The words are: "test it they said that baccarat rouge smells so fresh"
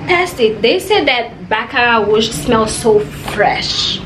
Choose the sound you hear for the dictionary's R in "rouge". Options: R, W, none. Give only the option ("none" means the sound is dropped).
W